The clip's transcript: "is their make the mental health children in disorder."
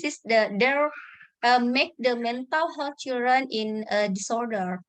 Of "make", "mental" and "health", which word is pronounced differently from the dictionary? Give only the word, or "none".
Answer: health